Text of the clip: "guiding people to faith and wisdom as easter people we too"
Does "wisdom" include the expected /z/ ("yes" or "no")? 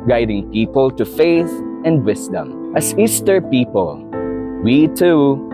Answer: no